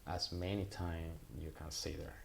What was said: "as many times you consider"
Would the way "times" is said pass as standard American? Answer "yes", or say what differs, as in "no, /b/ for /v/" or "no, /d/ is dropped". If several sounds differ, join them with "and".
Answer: no, /z/ is dropped